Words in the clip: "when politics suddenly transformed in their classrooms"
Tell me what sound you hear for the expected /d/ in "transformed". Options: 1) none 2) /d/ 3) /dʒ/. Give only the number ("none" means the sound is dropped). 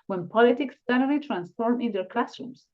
1